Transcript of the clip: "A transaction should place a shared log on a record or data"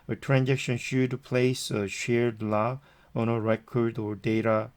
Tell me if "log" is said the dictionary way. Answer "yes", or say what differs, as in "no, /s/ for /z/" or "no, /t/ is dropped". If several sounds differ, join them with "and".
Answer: no, /ɡ/ is dropped